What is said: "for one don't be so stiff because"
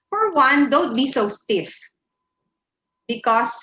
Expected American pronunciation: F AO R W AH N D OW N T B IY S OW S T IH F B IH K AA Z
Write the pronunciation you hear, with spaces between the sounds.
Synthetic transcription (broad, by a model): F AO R W AH N D OW N T B IY S OW S T IH F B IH K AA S